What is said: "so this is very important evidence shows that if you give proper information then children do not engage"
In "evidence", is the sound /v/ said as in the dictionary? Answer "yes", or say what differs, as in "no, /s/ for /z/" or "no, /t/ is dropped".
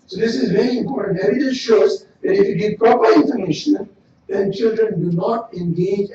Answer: no, /v/ is dropped